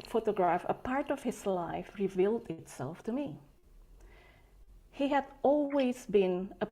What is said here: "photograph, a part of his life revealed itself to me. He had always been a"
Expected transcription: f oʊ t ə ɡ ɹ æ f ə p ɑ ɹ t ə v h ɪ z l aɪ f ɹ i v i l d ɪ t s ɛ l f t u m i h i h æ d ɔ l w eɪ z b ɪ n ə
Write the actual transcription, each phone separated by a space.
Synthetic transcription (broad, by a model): f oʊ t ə ɡ ɹ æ f ə p ɑ ɹ t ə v h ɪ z l aɪ f ɹ i v i l d ɪ t s ɛ l f t u m i h i h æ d ɔ l w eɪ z b ɪ n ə